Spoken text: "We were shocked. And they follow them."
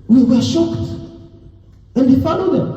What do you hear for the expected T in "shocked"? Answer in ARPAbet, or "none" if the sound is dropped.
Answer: T